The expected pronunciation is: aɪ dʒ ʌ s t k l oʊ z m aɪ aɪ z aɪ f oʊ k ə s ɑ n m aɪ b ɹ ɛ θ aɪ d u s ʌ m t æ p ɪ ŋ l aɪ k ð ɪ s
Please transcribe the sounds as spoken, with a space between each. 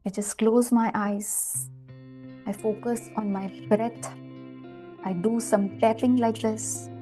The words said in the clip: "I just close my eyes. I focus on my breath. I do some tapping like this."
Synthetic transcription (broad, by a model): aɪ dʒ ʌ s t k l oʊ z m aɪ aɪ z aɪ f oʊ k ə s ɑ n m aɪ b ɹ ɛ t aɪ d u s ʌ m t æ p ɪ ŋ l aɪ k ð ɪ s